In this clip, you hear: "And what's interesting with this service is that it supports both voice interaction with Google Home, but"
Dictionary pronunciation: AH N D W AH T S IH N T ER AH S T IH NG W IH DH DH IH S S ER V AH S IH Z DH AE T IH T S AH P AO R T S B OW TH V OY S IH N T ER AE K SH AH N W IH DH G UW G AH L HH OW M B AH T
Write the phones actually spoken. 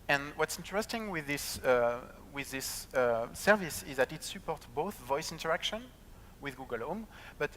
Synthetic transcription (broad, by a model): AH N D W AH T S IH N T ER AH S T IH NG W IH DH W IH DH S ER V AH S IH Z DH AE T IH T S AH P AO R T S B OW TH V OY S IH N T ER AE K SH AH N W IH DH G UW G AH L HH OW M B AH T